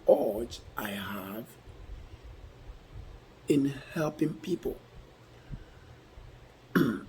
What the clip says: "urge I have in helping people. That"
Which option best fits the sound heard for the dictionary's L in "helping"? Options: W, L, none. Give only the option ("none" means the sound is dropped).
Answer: L